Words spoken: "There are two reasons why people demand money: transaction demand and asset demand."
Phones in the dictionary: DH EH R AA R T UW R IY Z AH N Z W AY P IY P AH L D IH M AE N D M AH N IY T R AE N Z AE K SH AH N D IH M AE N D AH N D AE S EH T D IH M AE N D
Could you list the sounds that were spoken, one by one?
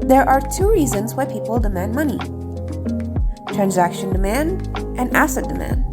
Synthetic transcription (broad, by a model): DH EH R AA R T UW R IY Z AH N Z W AY P IY P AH L D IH M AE N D M AH N IY T R AE N Z AE K SH AH N D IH M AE N D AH N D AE S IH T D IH M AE N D